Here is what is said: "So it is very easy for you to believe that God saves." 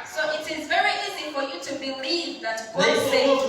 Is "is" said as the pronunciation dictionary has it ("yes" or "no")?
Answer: yes